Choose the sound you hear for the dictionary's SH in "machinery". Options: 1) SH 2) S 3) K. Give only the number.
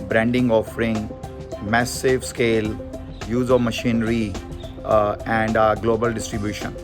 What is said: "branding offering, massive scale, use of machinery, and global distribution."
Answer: 1